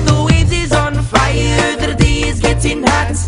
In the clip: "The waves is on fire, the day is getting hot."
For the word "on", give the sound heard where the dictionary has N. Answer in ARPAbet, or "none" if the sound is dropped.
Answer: N